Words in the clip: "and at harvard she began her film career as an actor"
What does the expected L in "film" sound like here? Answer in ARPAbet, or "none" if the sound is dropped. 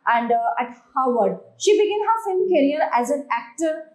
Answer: none